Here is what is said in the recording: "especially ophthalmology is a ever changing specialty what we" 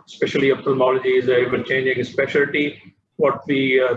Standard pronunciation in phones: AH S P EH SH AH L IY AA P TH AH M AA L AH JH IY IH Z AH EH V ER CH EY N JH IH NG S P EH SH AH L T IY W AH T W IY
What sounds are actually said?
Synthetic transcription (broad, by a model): S P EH SH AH L IY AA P T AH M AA L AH JH IY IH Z AH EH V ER CH EY N JH IH NG S P EH SH AH L T IY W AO T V IY